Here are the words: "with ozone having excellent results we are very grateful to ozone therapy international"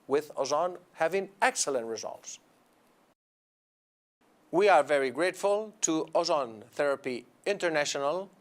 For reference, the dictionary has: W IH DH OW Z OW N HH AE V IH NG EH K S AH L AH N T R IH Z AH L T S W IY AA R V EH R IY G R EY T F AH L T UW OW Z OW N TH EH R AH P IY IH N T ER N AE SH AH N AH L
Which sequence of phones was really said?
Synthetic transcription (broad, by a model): W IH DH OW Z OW N HH AE V IH NG EH K S AH L AH N T R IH Z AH L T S W IY AA R V EH R IY G R EY T F AH L T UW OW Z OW N TH EH R AH P IY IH N T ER N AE SH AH N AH L